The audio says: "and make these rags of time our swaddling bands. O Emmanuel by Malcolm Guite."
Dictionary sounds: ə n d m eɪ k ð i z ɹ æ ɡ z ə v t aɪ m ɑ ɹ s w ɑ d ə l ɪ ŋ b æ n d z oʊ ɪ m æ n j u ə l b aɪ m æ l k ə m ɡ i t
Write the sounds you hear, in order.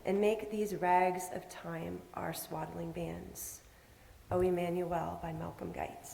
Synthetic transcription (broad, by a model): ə n m eɪ k ð i z ɹ æ ɡ z ə v t aɪ m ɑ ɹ s w ɑ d l ɪ ŋ b æ n d z oʊ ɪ m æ n j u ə l b aɪ m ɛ l k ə m ɡ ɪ t